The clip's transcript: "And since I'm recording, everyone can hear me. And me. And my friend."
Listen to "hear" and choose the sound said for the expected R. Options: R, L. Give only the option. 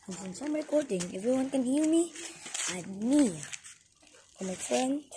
L